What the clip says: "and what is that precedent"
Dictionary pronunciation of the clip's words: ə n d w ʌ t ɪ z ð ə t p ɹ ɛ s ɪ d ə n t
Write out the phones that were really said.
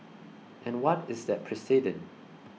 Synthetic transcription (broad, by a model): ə n w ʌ t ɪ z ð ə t p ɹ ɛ s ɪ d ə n